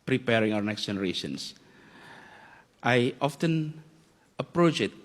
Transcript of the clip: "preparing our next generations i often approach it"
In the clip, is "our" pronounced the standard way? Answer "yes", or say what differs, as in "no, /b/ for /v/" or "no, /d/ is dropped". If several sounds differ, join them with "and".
no, /w/ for /ɹ/